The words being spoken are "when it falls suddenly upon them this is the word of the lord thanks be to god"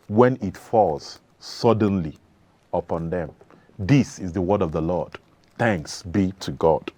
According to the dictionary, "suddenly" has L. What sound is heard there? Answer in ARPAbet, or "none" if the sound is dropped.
L